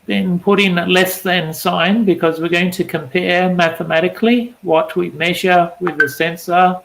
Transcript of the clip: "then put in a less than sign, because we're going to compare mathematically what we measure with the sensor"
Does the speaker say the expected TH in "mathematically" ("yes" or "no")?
yes